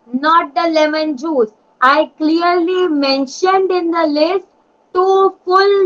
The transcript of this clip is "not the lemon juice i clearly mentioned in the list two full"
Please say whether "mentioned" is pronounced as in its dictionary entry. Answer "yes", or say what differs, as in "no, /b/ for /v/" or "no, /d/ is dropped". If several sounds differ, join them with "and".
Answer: yes